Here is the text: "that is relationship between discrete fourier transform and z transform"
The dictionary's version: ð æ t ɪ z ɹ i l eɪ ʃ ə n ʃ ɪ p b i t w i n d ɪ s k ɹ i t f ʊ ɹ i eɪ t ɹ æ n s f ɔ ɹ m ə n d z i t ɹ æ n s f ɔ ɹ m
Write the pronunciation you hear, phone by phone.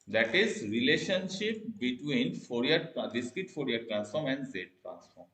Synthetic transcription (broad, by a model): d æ t ɪ z ɹ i l eɪ ʃ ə n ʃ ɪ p b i t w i n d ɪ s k i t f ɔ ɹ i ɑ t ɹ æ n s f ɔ ɹ m ə n d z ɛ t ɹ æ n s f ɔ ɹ m